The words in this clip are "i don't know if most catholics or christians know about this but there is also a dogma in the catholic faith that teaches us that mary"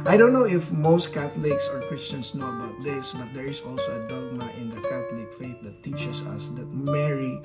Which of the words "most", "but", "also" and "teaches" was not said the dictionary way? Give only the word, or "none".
teaches